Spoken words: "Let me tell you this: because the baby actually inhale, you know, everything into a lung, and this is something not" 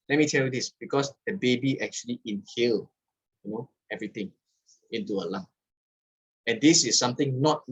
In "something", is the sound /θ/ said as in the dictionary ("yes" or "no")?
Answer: no